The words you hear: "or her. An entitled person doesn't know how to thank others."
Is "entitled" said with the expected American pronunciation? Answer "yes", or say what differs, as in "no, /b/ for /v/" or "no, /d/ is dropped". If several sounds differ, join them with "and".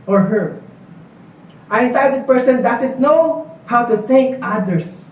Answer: no, /l/ is dropped